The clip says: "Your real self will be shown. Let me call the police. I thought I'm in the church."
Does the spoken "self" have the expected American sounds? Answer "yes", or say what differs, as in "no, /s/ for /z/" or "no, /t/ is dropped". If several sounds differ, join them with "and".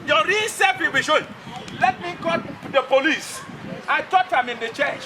no, /l/ is dropped